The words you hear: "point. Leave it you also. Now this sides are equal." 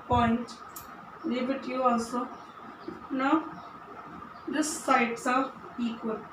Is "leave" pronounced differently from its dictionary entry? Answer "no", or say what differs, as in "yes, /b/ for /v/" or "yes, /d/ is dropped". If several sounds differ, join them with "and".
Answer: yes, /b/ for /v/